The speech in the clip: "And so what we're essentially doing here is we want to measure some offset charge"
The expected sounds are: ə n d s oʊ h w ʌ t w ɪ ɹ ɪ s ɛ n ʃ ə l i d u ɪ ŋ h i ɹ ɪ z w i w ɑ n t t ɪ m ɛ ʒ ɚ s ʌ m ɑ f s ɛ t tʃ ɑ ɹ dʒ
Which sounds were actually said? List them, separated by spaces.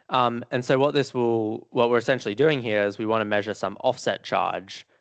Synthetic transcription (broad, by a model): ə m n s oʊ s w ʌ t w ɪ ɹ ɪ s ɛ n ʃ l i d u ɪ ŋ h i ɹ ɪ z w i w ɑ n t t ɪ m ɛ ʒ ɚ s ʌ m ɑ f s ɛ t tʃ ɑ ɹ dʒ